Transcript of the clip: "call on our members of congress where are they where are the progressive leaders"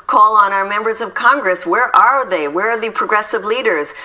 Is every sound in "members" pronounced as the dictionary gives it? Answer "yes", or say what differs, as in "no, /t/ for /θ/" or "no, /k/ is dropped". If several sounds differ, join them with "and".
yes